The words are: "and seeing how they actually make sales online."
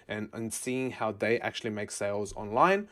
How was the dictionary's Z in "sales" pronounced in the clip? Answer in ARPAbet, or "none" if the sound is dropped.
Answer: Z